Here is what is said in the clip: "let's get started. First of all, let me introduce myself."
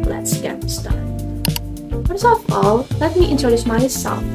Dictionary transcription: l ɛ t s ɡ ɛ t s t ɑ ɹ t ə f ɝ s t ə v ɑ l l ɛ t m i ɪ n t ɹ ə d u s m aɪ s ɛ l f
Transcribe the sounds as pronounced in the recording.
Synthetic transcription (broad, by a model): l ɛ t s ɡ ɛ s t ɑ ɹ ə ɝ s ə f ɑ l l ɛ t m i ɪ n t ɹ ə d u s m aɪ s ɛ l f